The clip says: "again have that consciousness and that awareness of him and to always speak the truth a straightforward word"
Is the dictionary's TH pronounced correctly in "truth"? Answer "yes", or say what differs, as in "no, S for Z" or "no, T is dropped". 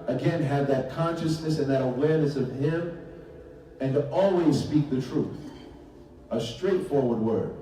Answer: yes